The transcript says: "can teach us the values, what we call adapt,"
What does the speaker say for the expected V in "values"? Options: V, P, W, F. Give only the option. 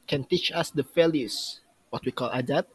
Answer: F